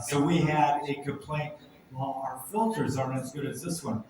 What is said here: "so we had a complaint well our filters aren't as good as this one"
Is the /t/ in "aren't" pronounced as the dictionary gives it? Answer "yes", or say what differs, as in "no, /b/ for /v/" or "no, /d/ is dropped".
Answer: no, /t/ is dropped